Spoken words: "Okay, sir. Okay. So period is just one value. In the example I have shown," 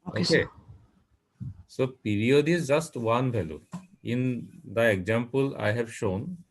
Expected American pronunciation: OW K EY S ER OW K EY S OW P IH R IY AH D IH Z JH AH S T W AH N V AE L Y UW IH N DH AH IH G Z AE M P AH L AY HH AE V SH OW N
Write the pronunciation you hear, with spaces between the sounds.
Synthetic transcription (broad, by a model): OW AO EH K EY S OW P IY R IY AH D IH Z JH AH S T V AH N B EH L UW IH N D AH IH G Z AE M P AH L AY HH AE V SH OW N